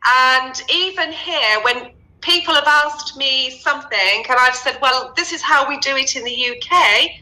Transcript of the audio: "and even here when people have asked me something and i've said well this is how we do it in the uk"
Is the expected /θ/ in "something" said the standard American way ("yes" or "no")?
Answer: yes